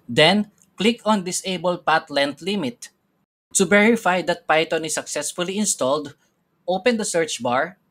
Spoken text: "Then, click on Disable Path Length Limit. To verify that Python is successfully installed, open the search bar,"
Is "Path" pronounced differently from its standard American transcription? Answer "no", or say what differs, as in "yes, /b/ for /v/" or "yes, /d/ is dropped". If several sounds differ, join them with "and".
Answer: yes, /t/ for /θ/